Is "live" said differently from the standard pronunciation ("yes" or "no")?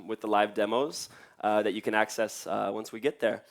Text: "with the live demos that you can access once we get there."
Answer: no